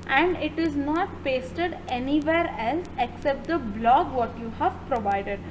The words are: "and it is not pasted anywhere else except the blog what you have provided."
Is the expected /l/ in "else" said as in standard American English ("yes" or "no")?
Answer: yes